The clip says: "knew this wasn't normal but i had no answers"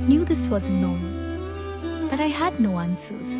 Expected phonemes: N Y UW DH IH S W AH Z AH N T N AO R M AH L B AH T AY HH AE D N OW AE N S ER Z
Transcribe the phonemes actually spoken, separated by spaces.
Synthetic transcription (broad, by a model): N Y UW DH IH S W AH Z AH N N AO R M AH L B AH T AY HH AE D N OW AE N S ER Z